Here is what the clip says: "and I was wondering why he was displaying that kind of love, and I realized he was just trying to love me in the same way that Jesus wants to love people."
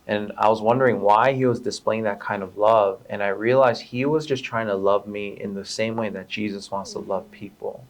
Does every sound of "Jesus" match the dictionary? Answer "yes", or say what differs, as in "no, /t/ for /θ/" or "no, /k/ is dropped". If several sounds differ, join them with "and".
yes